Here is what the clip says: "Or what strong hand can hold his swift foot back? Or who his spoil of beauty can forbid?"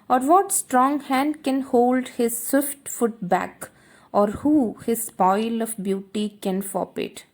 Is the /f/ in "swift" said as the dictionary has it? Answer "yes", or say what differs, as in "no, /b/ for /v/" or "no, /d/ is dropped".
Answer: yes